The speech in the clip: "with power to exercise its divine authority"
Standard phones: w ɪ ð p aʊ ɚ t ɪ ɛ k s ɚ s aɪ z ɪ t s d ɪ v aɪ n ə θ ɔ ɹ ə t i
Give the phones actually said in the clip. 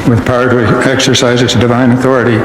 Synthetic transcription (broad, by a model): w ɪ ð p aʊ ɚ t ɪ ɛ k s ɚ s aɪ z ɪ t s d ɪ v aɪ n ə θ ɔ ɹ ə t i